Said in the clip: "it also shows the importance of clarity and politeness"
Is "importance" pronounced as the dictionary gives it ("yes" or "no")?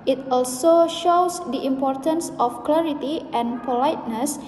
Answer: yes